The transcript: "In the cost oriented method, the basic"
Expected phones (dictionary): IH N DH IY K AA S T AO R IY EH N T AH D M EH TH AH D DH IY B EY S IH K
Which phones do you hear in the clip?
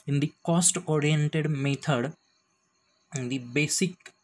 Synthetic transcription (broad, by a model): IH N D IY K AA S T AO R IY EH N T AH D M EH T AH D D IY B EY S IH K